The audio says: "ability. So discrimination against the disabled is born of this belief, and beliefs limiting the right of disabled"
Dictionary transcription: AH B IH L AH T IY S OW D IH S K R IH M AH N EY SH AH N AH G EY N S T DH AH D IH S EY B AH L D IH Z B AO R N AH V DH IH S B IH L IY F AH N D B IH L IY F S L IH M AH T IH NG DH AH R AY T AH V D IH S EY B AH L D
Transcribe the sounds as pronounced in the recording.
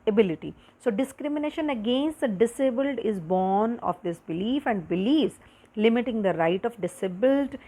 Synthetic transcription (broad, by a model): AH B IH L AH T IY S OW D IH S K R IH M AH N EY SH AH N AH G EY N S T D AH D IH S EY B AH L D IH Z B AO R N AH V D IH S B IH L IY F AH N D B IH L IY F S L IH M AH T IH NG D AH R AY T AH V D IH S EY B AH L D